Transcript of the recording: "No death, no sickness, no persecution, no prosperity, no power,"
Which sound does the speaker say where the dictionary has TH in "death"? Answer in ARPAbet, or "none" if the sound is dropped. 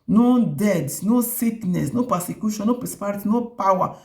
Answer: S